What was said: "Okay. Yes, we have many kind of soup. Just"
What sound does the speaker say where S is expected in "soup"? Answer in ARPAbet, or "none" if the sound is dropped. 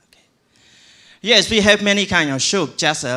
SH